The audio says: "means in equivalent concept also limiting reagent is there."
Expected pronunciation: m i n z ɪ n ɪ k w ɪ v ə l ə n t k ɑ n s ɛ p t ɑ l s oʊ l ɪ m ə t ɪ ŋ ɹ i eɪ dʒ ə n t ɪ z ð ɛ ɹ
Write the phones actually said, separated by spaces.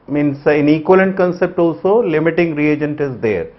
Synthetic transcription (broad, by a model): m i n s ɪ n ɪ k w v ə l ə n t k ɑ n s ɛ p t ɑ l s oʊ l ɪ m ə t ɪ ŋ ɹ i eɪ dʒ ə n t ɪ z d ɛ ɹ